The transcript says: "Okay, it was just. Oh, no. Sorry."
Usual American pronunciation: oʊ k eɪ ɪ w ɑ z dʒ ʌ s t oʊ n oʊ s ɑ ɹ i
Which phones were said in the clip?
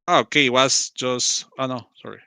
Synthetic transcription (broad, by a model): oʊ k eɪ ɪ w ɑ s dʒ ʌ s t oʊ n oʊ s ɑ ɹ i